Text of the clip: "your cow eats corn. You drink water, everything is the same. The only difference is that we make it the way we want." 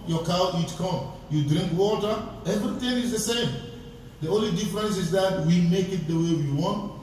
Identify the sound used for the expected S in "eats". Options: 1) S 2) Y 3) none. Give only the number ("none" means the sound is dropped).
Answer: 3